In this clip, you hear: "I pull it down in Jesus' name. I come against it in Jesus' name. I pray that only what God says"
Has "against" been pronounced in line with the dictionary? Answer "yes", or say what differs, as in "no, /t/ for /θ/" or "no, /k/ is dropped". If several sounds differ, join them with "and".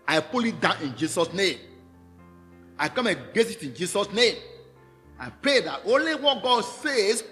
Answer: no, /n/ is dropped and /t/ is dropped